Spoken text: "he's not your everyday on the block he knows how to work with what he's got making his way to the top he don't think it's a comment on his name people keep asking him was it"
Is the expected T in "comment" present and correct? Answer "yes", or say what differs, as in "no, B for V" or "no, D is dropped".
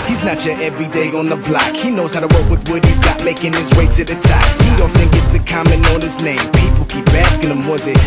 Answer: no, T is dropped